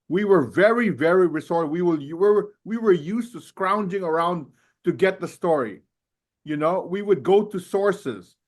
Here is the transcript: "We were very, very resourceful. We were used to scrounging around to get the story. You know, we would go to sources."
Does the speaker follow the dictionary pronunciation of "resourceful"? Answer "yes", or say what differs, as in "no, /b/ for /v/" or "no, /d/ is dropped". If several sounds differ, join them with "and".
no, /w/ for /l/